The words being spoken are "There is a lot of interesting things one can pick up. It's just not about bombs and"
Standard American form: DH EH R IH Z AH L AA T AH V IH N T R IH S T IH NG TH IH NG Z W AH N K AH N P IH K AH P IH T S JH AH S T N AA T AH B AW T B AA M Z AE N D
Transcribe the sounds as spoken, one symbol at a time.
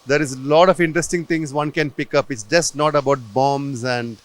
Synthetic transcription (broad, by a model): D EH R IH Z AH L AA T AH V IH N T R IH S T IH NG T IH NG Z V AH N K AH N P IH K AH P IH T S JH AH S T N AA T AH B AW T B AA M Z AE N D